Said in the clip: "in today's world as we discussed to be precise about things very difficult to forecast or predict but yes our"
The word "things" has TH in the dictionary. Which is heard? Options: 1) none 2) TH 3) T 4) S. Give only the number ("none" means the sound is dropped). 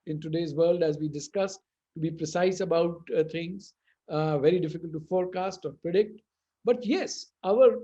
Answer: 3